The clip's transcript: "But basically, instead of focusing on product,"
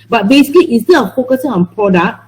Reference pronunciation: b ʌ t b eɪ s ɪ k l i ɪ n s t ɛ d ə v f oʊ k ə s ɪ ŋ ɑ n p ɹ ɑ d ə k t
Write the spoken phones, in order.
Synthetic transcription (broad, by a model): b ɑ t b eɪ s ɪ k l i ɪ s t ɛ ə f oʊ k ə s ɪ ŋ ɑ n p ɹ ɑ d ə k